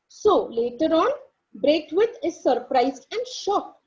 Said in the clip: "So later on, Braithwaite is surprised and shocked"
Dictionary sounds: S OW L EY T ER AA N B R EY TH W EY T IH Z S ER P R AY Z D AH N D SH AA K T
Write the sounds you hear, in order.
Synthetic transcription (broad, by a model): S OW L EY T ER AA N B R EY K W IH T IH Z S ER P R AY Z AH N D SH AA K